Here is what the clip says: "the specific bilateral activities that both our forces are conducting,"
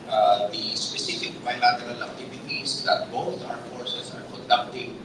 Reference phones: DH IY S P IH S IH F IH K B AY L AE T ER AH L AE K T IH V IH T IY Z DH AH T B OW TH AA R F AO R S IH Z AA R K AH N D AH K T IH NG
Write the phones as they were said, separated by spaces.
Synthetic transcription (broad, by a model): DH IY S P IH S IH F IH K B AY L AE T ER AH L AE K T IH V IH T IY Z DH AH T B OW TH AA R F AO R S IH S AA R K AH N D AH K T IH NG